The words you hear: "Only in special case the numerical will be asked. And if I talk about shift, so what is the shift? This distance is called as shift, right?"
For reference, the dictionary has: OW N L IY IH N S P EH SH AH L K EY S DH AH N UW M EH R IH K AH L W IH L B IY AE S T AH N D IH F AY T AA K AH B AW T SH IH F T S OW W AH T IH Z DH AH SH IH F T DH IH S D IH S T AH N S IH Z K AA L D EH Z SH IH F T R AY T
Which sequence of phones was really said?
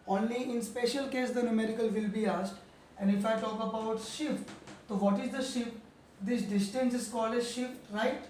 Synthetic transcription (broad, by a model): OW N L IY IH N S P EH SH AH L K EY S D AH N UW M EH R IH K AH L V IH L B IY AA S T AH N D IH F AY T AA K AH B AW T SH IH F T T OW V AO T IH Z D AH SH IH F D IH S D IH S T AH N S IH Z K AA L EH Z SH IH F T R AY T